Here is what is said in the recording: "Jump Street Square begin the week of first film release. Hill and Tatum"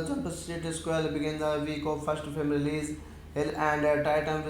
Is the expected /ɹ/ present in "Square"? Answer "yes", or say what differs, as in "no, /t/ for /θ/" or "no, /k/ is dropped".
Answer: no, /l/ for /ɹ/